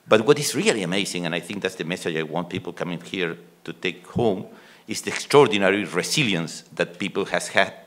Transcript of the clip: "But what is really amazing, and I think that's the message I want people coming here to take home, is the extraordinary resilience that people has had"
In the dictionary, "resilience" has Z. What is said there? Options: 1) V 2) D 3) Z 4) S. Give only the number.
4